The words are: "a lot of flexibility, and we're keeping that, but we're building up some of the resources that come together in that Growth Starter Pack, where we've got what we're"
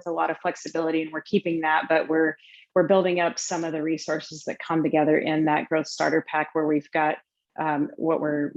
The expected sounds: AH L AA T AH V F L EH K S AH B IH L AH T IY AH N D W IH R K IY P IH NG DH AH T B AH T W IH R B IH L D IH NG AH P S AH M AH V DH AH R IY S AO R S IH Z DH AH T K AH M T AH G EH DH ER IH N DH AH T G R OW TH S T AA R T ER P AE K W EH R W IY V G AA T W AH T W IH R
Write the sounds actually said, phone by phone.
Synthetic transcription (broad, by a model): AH L AA T AH V F L EH K S AH B IH L AH T IY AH N W IH R K IY P IH NG DH AH T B AH T W IH R B IH L D IH NG AH P S AH M AH V DH AH R IY S AO R S IH Z DH AH T K AH M T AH G EH DH ER IH N DH AH T G R OW TH S T AA R T ER P AE K W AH R W IY V G AA T W AH T W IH R